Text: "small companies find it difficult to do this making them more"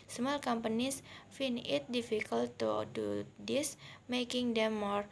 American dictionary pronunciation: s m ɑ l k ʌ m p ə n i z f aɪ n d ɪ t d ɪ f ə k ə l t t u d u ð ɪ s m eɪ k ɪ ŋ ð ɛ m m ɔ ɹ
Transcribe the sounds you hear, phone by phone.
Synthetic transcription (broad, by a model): s m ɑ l k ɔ m p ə n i s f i n ɪ t d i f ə k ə l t t u d u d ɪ s m eɪ k ɪ ŋ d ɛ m m ɔ ɹ